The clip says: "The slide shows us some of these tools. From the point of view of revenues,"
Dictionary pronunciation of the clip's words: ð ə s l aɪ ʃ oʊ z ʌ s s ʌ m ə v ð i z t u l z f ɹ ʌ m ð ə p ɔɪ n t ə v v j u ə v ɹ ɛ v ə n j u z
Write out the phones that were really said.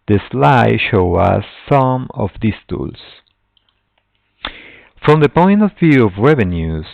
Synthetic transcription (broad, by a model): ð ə s l aɪ ʃ oʊ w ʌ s s ʌ m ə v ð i s t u l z f ɹ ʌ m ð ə p ɔɪ n t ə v v j u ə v ɹ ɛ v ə n j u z